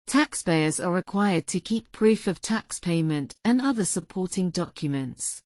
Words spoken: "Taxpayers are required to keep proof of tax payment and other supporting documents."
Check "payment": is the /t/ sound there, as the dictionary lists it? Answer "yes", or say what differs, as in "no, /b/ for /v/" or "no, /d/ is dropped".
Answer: yes